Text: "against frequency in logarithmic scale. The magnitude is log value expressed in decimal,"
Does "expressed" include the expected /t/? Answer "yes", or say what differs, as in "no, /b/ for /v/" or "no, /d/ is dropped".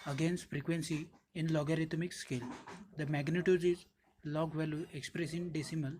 no, /t/ is dropped